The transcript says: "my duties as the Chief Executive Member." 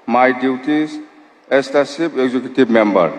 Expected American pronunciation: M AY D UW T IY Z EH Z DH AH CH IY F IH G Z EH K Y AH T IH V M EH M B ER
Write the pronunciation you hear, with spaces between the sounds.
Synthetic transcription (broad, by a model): M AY D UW T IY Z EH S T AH S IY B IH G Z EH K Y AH T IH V M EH M B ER